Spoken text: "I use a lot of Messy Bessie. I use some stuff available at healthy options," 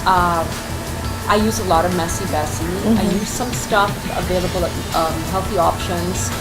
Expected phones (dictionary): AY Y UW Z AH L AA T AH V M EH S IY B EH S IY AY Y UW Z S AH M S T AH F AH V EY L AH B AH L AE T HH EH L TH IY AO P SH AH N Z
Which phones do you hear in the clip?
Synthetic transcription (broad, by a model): AY Y UW Z AH L AA T AH V M EH S IY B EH S IY AY Y UW Z S AH M S T AH F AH V EY L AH B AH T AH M HH EH L TH IY AO P SH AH N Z